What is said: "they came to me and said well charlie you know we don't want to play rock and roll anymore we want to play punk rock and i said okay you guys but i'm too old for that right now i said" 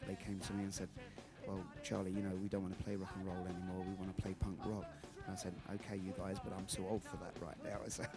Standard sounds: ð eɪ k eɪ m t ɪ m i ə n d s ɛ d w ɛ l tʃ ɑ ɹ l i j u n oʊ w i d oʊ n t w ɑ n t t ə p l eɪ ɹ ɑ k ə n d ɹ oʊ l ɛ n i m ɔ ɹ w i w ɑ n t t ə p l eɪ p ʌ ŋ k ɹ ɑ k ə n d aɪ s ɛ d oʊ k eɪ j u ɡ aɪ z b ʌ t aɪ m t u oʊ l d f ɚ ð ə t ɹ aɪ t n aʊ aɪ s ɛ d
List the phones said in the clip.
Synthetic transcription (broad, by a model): ð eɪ k eɪ m t ɪ m i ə n s ɛ d w ɛ l tʃ ɑ ɹ l i j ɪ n oʊ w i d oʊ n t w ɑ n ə p l eɪ ɹ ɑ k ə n ɹ oʊ l ɛ n i m ɔ ɹ w i w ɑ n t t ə p l eɪ p ʌ ŋ k ɹ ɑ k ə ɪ s ɛ d oʊ k eɪ j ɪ ɡ aɪ z b ʌ t aɪ m s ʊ oʊ l d f ɚ ð ə t ɹ aɪ t n aʊ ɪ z